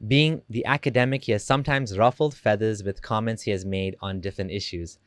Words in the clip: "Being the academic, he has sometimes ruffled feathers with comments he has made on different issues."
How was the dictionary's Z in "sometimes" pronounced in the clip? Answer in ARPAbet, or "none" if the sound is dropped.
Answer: Z